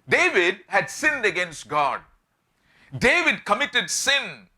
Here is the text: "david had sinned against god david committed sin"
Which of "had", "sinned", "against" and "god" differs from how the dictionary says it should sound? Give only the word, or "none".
none